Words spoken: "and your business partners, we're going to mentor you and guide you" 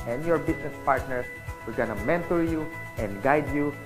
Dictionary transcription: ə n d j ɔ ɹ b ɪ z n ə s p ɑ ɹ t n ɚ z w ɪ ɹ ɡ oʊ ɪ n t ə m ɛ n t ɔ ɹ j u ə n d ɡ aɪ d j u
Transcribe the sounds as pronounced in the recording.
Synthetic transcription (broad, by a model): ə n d j ɔ ɹ b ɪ s n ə s p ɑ ɹ t n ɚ s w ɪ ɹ ɡ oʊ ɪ n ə m ɛ n t ɔ ɹ j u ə n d ɡ aɪ d j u